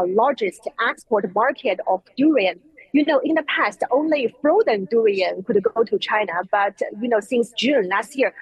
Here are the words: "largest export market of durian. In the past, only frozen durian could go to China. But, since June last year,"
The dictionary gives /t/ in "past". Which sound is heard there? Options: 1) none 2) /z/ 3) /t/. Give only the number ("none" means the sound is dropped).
3